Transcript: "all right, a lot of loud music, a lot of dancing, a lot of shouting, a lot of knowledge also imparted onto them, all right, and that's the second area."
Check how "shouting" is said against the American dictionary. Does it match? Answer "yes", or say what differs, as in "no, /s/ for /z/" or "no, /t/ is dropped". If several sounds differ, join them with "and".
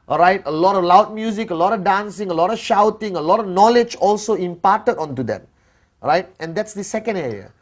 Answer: yes